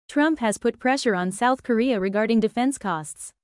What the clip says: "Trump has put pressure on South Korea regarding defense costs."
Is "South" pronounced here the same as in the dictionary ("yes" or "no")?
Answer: yes